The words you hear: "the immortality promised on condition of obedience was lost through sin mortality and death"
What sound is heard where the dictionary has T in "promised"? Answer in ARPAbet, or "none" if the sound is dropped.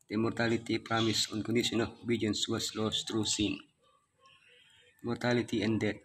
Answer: none